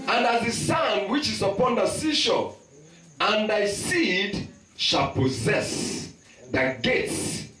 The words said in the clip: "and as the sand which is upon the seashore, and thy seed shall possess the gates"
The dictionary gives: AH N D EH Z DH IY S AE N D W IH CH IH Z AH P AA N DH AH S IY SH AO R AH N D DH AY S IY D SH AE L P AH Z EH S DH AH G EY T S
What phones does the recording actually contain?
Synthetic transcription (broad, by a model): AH N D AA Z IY S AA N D W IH CH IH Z AH P AA N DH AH S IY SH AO AH N D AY S IY D SH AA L P AH Z EH S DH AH G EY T S